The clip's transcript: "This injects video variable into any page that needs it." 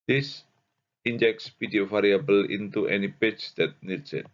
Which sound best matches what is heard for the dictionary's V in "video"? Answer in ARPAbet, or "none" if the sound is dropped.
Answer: P